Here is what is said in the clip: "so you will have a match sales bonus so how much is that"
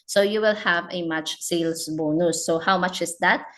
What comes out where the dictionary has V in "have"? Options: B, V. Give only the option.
V